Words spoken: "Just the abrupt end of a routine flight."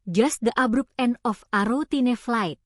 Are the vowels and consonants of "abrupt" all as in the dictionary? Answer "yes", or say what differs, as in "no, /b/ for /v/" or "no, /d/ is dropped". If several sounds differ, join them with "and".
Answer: no, /t/ is dropped